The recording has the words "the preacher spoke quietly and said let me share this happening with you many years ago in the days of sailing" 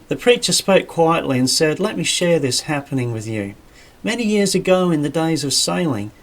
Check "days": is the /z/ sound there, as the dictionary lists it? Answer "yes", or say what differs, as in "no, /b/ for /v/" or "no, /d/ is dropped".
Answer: yes